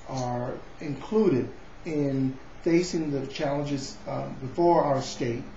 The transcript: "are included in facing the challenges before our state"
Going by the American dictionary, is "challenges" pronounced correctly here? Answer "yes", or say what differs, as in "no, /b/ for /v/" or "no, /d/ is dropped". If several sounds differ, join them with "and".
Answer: yes